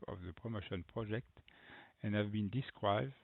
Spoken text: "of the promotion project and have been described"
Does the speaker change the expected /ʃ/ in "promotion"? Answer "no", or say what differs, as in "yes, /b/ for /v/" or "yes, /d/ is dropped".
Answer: no